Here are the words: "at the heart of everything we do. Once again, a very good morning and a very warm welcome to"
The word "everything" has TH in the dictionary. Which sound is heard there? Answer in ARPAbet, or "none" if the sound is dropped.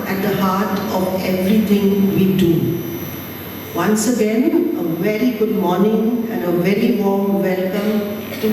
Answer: T